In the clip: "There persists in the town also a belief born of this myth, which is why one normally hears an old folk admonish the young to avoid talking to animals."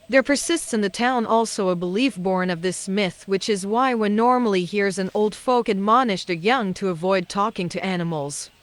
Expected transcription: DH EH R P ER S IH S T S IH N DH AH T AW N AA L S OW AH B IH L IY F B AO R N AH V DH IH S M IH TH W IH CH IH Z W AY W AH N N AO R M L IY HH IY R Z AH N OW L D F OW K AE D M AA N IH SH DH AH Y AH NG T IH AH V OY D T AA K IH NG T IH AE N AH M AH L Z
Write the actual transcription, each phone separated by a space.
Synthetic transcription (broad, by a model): DH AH R P ER S IH S T S IH N DH AH T AW N AA L S OW AH B IH L IY F B AO R N AH V DH IH S M IH TH W IH CH IH Z W AY W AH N N AO R M L IY HH IY R Z AH N OW L D F OW K AE D M AA N IH SH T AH Y AH NG T IH AH V OY D T AA K IH NG T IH AE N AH M L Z